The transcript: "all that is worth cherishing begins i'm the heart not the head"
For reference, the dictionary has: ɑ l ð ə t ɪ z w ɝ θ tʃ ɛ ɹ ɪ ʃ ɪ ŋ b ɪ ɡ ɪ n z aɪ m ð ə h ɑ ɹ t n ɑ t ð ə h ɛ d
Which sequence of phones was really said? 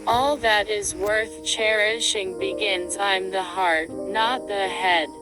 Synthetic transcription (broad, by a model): ɑ l ð ə t ɪ z w ɝ θ tʃ ɛ ɹ ɪ ʃ ɪ ŋ b ɪ ɡ ɪ n z aɪ m ð ə h ɑ ɹ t n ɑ t ð ə h ɛ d